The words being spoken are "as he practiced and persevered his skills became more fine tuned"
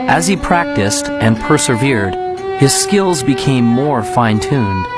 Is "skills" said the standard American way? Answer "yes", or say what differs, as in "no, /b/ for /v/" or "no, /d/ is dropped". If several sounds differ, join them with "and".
yes